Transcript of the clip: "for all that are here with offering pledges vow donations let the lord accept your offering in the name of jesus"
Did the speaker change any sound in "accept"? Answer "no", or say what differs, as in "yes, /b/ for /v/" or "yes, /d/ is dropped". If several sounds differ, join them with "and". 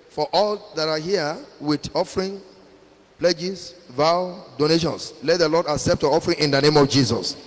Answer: no